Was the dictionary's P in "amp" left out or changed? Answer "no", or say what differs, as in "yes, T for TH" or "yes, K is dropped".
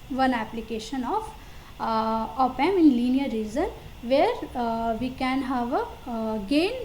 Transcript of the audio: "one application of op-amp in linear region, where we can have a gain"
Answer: yes, P is dropped